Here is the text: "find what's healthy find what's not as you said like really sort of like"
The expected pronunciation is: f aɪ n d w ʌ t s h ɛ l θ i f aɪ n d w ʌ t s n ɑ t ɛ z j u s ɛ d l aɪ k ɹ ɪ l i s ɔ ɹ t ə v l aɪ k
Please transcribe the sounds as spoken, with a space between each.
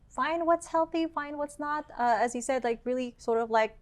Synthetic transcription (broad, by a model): f aɪ n d w ʌ t s h ɛ l θ i f aɪ n d w ʌ t s n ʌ t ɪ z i s ɛ d l aɪ k ɹ ɪ l i s ɔ ɹ t ə v l aɪ k